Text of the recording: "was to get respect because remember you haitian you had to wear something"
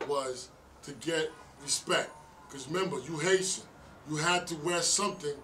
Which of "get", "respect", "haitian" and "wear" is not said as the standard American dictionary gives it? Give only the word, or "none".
haitian